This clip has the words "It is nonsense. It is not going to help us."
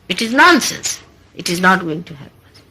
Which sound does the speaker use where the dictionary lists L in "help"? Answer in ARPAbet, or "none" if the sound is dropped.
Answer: none